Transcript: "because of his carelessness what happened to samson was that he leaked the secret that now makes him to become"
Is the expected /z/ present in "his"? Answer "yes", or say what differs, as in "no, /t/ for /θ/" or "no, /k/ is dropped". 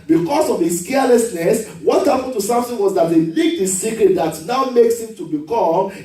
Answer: no, /s/ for /z/